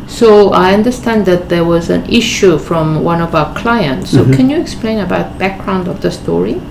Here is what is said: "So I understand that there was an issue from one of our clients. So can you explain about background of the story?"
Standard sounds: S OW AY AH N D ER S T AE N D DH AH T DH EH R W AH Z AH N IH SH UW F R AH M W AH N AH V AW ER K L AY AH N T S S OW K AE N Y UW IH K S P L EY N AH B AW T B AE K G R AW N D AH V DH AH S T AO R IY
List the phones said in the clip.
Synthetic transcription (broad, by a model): S OW AY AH N D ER S T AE N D DH AH T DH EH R W AH Z AH N IH SH UW F R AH M W AH N AH V AW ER K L AY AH N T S S OW K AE N Y UW IH K S P L EY N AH B AW T B AE K G R AW N D AH V DH AH S T AO R IY